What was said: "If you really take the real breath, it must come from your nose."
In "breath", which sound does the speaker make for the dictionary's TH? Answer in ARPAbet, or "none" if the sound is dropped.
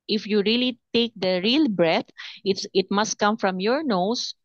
T